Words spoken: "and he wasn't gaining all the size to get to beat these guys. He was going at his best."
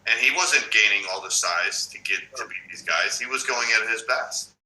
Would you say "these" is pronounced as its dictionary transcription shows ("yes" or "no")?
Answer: yes